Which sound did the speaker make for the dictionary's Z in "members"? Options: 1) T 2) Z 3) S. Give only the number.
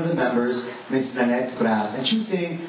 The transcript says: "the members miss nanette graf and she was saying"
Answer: 2